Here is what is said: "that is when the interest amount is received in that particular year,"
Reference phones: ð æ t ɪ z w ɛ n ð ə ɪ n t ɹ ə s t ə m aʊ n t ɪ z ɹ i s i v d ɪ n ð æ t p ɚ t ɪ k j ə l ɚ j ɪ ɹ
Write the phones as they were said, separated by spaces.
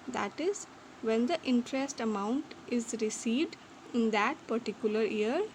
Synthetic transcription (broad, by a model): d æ t ɪ z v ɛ n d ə ɪ n t ɹ ə s t ə m aʊ n t ɪ z ɹ i s i v d ɪ n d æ t p ɚ t ɪ k j ə l ɚ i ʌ ɹ